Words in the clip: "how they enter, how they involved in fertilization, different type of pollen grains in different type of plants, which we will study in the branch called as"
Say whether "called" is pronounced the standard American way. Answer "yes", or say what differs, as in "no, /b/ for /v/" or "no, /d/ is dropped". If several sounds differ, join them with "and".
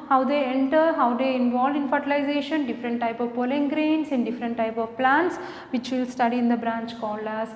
no, /d/ is dropped